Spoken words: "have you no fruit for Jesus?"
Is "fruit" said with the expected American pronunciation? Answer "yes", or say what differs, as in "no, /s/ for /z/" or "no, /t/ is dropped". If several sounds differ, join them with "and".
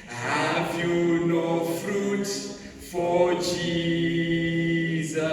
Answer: yes